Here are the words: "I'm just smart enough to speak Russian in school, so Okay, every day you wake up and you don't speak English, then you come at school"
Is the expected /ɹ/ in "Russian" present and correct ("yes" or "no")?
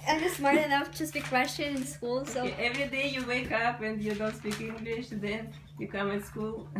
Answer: no